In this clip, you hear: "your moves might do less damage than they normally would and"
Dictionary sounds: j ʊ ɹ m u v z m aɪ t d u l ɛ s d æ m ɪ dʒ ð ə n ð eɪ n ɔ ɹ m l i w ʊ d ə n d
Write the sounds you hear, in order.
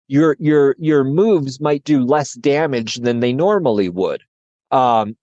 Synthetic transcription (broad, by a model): j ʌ ɹ m u v z m aɪ t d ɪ l ɛ s d æ m ɪ dʒ ð ə n ð eɪ n ɔ ɹ m l i w ʊ d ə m